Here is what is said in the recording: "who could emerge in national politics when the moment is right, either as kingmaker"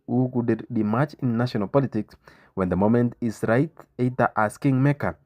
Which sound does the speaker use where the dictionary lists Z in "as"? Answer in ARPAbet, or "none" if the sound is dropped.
S